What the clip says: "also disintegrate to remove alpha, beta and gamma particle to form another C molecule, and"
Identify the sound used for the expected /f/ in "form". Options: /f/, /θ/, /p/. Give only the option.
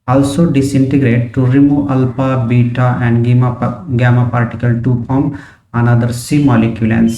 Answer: /p/